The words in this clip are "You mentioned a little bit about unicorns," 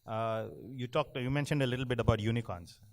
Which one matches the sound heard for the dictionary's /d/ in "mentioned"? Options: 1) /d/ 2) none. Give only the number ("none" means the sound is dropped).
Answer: 1